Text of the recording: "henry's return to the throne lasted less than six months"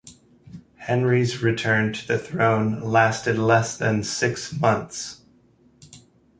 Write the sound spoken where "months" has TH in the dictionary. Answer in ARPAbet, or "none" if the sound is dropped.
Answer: TH